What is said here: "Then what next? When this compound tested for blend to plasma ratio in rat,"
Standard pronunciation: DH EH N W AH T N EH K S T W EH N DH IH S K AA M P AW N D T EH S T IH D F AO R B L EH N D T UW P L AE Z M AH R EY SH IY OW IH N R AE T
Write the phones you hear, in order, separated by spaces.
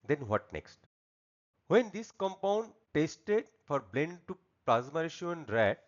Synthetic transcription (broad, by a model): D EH N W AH T N EH K S T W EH N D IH S K AA M P AW N D T EH S T IH D F AO R B L EH N D T UW P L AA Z M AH R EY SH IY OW IH N R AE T